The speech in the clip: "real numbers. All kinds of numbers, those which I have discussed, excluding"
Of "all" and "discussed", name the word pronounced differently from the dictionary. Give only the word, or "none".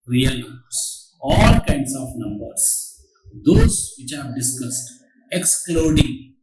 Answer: none